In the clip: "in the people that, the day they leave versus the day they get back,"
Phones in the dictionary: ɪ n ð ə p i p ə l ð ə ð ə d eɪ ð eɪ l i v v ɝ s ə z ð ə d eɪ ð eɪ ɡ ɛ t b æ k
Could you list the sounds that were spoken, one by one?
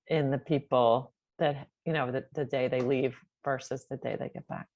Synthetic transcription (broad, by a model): ɪ n ð ə p i p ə n ð ə ð ə d eɪ ð eɪ l i v v ɝ s ə z ð ə d eɪ ð eɪ ɡ ɛ t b æ k